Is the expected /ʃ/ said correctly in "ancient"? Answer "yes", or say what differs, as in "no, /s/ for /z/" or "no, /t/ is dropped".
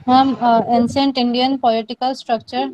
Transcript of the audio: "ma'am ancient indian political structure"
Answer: no, /s/ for /ʃ/